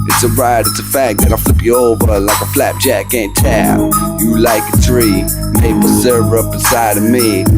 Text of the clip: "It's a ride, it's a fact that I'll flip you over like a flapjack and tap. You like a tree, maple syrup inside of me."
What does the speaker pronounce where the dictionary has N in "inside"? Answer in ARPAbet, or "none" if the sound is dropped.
none